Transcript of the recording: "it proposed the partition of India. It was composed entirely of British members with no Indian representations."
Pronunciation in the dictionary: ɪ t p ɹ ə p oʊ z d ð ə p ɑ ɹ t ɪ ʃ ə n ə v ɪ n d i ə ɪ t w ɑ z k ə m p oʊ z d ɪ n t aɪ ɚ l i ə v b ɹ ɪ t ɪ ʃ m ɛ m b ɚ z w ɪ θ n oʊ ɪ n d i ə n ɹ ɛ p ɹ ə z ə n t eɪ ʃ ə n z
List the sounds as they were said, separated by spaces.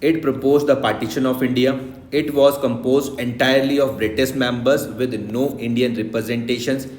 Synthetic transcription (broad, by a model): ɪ t p ɹ ə p oʊ z d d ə p ɑ ɹ t ɪ ʃ ə n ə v ɪ n d i ə ɪ t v ɑ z k ə m p oʊ z d ɪ n t aɪ ɚ l i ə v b ɹ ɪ t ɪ s m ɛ m b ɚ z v ɪ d n oʊ ɪ n d i ə n ɹ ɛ p ɹ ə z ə n t eɪ ʃ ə n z